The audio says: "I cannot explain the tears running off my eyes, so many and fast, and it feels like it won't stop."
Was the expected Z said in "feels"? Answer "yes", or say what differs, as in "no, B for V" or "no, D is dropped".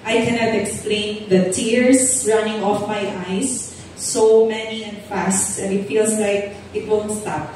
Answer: no, S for Z